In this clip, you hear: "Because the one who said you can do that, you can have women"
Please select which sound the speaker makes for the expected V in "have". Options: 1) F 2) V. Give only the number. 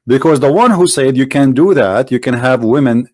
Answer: 2